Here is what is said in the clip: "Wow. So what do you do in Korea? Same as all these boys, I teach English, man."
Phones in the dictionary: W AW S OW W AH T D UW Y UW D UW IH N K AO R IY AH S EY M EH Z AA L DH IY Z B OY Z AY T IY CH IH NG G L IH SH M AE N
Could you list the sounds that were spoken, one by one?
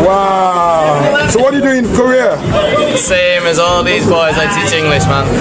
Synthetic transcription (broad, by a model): W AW S OW W AH T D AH Y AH D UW IH N K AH R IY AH S EY M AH Z AA L DH IY Z B OY Z AY T IY CH IH NG G L IH SH M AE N